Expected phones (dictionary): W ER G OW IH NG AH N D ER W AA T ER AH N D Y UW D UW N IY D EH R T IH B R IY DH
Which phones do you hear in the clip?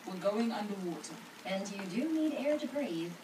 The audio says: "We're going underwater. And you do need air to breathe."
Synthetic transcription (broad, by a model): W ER G OW IH NG AH N D ER W AA T ER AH N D Y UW D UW N IY D EH R T IH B R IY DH